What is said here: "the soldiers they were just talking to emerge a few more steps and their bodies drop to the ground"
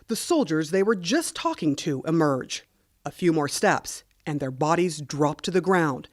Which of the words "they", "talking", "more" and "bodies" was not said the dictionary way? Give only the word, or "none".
none